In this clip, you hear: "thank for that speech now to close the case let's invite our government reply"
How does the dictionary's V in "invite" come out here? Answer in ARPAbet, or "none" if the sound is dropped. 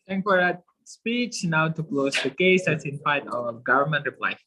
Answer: F